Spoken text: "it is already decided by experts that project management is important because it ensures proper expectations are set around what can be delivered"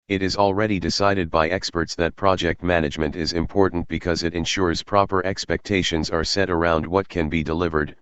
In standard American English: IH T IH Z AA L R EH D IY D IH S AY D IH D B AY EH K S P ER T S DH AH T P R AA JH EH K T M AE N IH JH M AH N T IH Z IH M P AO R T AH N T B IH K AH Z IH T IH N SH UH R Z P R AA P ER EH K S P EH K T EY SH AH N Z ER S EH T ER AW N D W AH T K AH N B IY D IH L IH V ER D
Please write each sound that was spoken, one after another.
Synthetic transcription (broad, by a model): IH T IH Z AA L R EH D IY D IH S AY D IH D B AY EH K S P ER T S DH AH T P R AA JH EH K T M AE N IH JH M AH N T IH Z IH M P AO R T N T B IH K AH Z IH T IH N SH UH R Z P R AA P ER EH K S P EH K T EY SH AH N Z ER S EH T ER AW N D W AH T K AH N B IY D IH L IH V ER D